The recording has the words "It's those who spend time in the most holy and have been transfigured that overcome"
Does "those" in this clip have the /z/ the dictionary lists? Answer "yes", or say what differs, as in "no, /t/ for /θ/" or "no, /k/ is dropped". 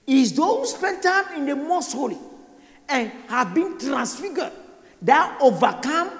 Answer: no, /z/ is dropped